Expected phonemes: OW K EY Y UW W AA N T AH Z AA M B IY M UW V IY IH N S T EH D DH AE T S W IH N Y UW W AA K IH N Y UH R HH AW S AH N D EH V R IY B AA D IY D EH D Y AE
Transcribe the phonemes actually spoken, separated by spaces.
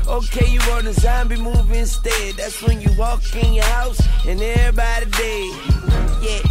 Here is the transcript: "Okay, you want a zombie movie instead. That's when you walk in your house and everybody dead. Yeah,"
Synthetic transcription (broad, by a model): OW K EY Y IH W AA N AH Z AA M B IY M UW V IH N S T EH D DH AE T S W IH N Y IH W AA K IH N Y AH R HH AW S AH N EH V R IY B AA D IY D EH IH Y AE